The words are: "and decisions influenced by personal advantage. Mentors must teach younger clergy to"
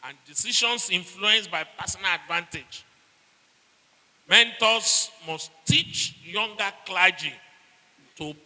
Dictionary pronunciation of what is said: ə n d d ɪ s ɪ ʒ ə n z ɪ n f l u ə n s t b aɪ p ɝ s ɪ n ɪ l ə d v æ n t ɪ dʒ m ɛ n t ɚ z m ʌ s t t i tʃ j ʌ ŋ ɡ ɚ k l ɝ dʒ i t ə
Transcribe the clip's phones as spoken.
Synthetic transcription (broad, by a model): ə n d d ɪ s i ʃ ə n s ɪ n f l u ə n s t b aɪ p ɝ s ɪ n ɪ l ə d v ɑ n t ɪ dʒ m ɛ n t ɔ s m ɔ s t t i tʃ j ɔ ŋ ɡ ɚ k l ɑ dʒ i t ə